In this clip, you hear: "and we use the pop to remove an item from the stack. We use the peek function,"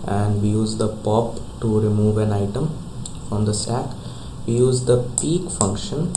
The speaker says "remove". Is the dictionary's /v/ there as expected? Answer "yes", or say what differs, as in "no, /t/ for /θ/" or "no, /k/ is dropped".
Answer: yes